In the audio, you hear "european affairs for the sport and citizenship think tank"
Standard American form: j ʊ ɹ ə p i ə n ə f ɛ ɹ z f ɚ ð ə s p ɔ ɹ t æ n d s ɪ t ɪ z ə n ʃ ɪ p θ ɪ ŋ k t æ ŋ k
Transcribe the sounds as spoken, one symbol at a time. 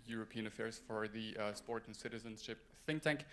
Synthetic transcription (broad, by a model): j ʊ ɹ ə p i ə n ə f ɛ ɹ z f ɚ ð ə s p ɔ ɹ t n s ɪ t ɪ z ə n ʃ ɪ p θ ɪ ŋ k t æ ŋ k